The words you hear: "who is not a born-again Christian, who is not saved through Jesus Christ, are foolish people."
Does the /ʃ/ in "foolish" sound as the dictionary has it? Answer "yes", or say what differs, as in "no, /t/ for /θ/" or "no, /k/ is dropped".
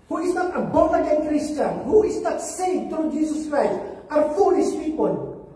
no, /s/ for /ʃ/